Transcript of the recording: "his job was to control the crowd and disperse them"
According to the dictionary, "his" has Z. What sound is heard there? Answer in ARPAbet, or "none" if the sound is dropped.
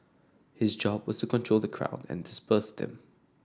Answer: Z